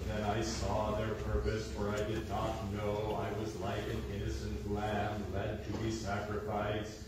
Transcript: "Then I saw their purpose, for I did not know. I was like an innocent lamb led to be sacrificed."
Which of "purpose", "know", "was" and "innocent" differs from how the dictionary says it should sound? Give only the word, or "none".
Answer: none